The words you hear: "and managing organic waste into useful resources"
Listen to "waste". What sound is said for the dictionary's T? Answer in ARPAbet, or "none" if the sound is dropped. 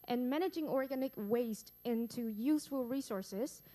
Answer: T